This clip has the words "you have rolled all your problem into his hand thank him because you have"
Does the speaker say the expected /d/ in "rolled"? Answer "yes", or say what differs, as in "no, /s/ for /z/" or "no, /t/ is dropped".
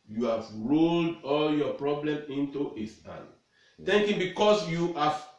yes